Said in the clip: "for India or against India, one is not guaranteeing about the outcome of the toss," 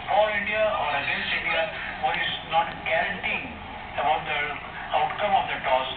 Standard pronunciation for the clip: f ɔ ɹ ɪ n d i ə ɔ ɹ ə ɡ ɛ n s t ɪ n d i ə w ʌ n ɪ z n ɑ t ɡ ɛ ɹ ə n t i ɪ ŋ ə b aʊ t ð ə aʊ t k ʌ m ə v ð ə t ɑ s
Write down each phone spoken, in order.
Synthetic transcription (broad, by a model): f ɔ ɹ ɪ n d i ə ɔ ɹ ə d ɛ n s ɪ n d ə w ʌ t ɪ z n ɑ t ɡ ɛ ɹ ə n t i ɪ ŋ ə b aʊ t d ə aʊ t k ʌ m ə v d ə t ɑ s